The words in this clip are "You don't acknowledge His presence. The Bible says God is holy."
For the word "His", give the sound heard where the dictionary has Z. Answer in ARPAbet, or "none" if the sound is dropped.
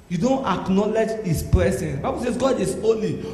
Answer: S